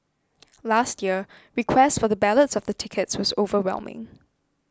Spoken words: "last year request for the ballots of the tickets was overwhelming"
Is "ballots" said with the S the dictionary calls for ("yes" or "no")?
yes